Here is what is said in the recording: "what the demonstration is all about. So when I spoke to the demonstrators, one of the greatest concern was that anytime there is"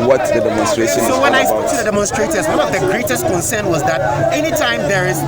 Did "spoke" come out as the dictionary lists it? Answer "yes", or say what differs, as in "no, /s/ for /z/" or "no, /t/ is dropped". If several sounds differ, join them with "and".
no, /p/ is dropped